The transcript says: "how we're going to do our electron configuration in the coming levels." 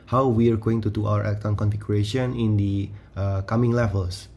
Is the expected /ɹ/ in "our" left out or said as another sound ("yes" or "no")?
yes